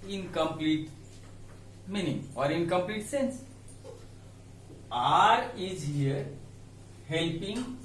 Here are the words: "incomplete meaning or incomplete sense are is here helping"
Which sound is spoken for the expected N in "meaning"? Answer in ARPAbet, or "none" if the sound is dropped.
N